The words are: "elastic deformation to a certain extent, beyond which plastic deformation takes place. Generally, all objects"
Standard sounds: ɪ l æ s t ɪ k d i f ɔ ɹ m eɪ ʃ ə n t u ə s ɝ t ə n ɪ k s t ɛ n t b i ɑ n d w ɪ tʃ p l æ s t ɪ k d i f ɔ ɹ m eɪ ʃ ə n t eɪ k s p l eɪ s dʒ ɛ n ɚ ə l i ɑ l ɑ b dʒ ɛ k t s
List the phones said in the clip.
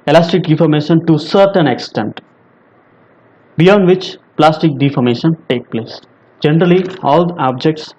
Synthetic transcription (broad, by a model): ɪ l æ s t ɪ k d i f ɔ ɹ m eɪ ʃ ə n t u s ɝ t ə n ɪ k s t ɛ n t b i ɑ n d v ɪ tʃ p l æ s t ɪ k d i f ɔ ɹ m eɪ ʃ ə n t eɪ k p l eɪ s dʒ ɛ n ɚ ə l i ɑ l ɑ b dʒ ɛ k t s